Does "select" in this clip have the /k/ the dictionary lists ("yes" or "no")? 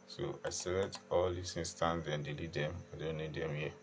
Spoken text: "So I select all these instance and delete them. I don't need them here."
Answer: no